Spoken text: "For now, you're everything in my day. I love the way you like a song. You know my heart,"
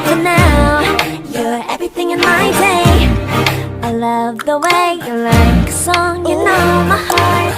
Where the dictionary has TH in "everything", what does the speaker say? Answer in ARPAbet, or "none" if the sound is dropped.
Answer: TH